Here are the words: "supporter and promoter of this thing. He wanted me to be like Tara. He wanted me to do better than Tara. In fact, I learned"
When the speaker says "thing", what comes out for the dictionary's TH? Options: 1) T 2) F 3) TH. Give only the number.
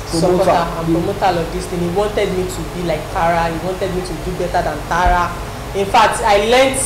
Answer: 1